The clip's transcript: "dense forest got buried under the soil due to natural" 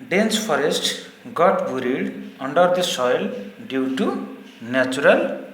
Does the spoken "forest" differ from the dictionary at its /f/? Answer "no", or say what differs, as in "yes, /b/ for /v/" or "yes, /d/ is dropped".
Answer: yes, /p/ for /f/